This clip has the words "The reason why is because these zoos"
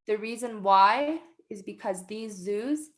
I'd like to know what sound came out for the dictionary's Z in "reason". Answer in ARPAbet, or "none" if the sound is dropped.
Z